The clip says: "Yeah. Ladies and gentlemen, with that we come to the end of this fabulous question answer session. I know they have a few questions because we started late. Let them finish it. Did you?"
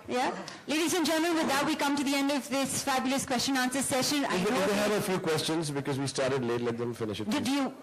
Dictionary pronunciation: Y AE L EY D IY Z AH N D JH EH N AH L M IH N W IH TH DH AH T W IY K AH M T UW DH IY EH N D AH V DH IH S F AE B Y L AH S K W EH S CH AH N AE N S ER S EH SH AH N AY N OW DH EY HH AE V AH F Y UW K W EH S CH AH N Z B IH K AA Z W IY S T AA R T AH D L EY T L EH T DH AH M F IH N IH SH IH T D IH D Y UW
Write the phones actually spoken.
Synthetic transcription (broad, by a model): Y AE L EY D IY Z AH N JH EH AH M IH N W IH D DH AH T W IY K AH M T UW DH IY EH N D AH V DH IH S F AE B Y L AH S K W EH S CH AH N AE N S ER S EH SH AH N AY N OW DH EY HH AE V AH F Y UW K W EH S CH AH N Z B IH K AA Z W IY S T AA R T AH D L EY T L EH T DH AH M F IH N IH SH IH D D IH Y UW